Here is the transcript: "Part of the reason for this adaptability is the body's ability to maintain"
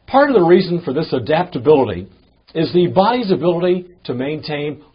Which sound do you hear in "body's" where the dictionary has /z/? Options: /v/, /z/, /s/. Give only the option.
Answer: /z/